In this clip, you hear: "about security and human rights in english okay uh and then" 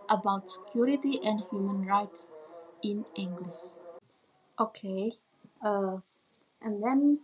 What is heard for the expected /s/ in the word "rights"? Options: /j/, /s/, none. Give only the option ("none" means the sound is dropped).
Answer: /s/